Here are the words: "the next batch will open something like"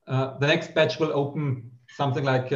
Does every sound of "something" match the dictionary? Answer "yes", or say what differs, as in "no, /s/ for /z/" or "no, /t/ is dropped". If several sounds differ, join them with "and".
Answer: yes